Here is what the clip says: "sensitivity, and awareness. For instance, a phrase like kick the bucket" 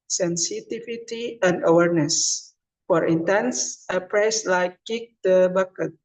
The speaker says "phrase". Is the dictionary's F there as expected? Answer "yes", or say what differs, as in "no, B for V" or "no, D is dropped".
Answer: no, P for F